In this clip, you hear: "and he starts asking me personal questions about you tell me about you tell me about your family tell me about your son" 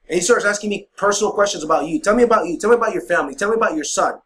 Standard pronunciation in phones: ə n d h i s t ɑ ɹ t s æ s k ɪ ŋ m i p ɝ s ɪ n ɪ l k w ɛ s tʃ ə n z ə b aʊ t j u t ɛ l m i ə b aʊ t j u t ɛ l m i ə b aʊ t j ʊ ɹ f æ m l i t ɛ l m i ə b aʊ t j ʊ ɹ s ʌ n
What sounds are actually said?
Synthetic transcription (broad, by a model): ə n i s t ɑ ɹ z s æ s k ɪ ŋ m i p ɝ s n l k w ɛ s tʃ ə n z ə b aʊ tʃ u t ɛ l m i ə b aʊ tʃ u t ɛ l m i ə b aʊ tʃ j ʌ ɹ f æ m l i t ɛ l m i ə b aʊ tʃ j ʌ ɹ s ʌ n